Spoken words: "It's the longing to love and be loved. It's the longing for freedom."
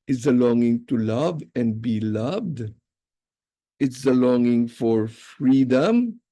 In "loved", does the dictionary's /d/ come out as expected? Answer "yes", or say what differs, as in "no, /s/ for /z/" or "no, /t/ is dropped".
yes